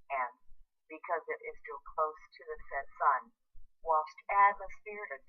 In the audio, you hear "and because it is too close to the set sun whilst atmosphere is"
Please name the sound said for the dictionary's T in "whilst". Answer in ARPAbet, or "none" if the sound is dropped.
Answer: T